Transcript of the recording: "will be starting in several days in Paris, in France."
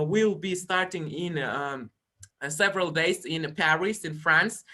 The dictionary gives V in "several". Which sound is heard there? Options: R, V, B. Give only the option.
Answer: V